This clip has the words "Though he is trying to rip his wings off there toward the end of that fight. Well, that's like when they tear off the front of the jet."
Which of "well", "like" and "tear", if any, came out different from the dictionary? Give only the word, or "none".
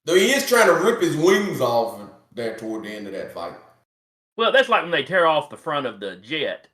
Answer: none